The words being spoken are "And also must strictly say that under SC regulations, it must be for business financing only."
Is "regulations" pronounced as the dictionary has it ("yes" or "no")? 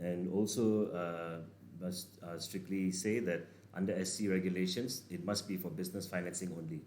no